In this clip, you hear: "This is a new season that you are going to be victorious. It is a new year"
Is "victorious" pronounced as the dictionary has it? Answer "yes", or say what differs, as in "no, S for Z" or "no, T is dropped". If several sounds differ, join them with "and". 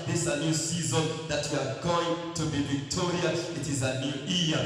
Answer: no, S is dropped